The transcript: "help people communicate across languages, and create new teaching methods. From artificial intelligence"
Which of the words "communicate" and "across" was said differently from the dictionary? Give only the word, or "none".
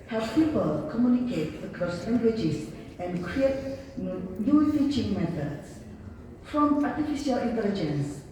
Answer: across